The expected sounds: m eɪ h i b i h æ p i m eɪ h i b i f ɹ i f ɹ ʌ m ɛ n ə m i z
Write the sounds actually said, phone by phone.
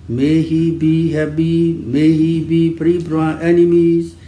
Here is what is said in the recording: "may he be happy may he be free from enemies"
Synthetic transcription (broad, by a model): m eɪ h i b i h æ b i m eɪ h i b i p ɹ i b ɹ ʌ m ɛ n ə m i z